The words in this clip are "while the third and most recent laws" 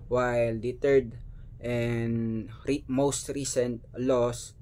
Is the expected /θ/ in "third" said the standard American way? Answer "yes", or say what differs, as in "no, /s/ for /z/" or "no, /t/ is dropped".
no, /t/ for /θ/